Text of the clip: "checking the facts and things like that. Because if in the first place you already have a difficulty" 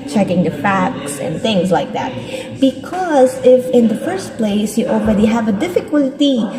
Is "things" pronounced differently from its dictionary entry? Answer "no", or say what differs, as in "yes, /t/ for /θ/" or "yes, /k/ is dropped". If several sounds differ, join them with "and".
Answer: no